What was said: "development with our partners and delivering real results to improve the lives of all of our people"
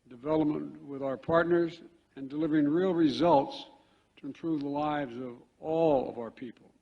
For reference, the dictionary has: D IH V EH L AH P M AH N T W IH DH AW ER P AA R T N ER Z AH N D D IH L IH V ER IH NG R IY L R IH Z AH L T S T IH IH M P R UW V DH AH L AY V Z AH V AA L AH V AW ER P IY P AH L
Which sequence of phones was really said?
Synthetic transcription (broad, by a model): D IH V EH L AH P M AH N T W IH DH AW ER P AA R T N ER Z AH N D D IH L IH V ER IH NG R IY L R IH Z AH L T S T IH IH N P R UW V DH AH L AY V Z AH V AA L AH V AW ER P IY P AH L